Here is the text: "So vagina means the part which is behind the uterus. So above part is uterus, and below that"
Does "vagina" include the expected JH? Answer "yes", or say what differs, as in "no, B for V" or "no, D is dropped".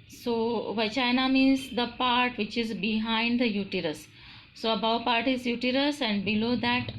no, CH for JH